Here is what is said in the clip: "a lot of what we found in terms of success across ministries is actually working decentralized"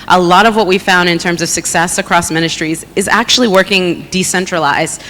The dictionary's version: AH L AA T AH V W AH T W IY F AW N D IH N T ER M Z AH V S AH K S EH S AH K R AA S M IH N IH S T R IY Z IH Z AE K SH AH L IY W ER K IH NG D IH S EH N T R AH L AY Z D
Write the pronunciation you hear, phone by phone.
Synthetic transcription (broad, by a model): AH L AA T AH V W AH T W IY F AW N D IH N T ER M Z AH V S AH K S EH S AH K R AA S M IH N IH S T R IY Z IH Z AE K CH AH L IY W ER K IH NG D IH S EH N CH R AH L AY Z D